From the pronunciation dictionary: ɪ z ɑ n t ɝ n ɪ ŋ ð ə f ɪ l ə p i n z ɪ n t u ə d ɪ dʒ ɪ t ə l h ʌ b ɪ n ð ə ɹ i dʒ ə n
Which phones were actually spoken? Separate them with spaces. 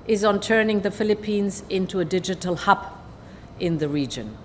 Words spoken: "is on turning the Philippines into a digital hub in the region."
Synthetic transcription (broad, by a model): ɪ z n t ɝ n ɪ ŋ ð ə f ɪ l ə p i n z ɪ n t u ə d ɪ dʒ ɪ t ə l h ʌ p ɪ n ð ə ɹ i dʒ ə n